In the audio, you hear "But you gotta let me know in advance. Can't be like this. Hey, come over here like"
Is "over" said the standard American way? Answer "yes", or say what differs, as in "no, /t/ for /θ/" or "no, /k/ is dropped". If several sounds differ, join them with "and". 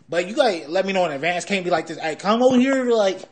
no, /v/ is dropped